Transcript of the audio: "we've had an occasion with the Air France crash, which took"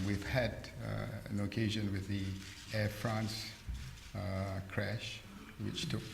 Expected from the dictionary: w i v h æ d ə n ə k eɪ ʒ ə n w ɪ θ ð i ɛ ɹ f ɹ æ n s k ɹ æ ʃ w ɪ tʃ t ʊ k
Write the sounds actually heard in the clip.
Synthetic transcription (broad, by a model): w i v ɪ d ə n ə k eɪ ʒ ə n w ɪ ð i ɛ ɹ f ɹ æ n s k ɹ æ ʃ w ɪ tʃ t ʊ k